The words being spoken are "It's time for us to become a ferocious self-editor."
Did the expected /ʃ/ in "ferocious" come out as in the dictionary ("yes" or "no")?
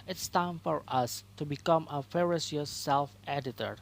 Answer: no